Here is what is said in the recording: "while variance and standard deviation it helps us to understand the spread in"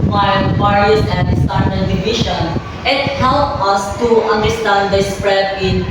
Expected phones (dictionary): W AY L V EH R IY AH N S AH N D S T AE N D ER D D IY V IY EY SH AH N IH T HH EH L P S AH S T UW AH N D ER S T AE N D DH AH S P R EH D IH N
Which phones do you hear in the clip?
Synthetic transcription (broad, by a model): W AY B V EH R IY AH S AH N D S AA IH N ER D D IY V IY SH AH N IH T HH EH L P AH S T UW AH N D ER S T AE N D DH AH S P R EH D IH N